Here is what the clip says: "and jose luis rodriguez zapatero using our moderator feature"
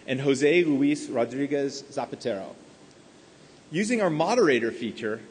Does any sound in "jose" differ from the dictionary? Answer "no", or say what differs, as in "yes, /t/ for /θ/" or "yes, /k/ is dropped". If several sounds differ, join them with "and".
no